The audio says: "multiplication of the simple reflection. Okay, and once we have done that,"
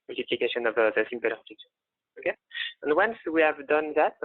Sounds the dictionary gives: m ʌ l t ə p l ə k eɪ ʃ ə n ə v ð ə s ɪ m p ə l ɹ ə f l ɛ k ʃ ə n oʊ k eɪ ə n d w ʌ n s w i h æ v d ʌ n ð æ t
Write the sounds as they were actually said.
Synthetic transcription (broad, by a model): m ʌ l t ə p l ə k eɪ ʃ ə n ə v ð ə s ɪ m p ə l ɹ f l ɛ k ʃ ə oʊ k eɪ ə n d w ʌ n s w i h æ v d ʌ n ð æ t